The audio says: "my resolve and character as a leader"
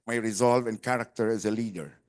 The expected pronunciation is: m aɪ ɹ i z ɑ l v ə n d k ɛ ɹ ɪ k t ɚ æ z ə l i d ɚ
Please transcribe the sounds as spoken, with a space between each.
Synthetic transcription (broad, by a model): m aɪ ɹ i z ɑ l v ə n k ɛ ɹ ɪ k t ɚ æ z ə l i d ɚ